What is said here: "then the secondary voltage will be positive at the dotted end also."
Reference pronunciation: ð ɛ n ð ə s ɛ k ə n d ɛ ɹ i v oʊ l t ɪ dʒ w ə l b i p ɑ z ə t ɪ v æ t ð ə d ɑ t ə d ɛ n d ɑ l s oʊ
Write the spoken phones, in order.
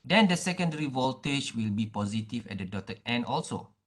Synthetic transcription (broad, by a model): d ɛ n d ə s ɛ k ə n d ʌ ɹ i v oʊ l t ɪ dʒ w ə l b i p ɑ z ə t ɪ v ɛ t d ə d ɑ t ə ɛ n ɑ l s oʊ